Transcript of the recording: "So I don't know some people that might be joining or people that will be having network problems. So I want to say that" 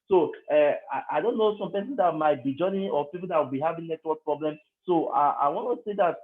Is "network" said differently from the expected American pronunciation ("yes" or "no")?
yes